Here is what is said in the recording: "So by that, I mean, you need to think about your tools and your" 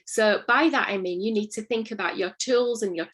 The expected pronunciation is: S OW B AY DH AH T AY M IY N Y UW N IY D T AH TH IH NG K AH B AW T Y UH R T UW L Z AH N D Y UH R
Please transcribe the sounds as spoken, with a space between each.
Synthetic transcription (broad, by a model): S OW B AY DH AH T AY M IY N Y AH N IY D T AH TH IH NG K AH B AW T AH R T UW L Z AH N Y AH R